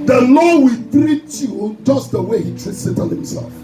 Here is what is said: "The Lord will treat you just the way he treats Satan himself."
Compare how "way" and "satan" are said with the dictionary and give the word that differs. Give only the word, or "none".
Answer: satan